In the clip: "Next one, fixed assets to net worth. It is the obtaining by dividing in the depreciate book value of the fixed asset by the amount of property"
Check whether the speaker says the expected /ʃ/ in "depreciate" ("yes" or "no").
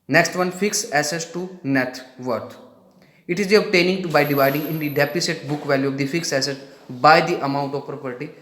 no